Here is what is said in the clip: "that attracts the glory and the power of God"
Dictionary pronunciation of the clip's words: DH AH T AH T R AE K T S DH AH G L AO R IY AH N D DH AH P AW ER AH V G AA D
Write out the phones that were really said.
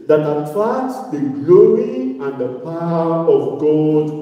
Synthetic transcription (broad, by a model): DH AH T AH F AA T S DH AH G L AO R IY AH N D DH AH P AW ER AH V G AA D